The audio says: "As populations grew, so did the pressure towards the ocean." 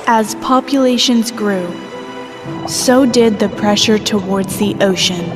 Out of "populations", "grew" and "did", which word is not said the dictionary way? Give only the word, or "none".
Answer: none